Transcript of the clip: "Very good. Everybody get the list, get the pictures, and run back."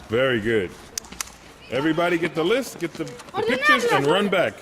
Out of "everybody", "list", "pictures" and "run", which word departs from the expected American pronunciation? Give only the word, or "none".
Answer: none